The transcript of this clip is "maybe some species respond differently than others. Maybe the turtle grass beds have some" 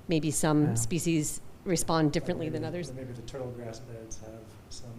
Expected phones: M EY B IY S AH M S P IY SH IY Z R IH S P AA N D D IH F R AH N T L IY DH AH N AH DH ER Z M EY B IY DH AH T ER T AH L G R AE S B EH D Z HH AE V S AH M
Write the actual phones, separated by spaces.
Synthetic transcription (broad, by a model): M EY B IY S AH M S P IY SH IY Z R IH S P AA N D D IH F R AH N T L IY DH AH N AH DH ER Z M EY B IY DH AH T ER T L G R AE S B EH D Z HH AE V S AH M